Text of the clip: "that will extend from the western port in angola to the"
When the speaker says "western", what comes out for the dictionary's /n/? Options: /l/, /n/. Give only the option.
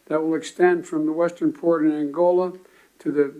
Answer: /n/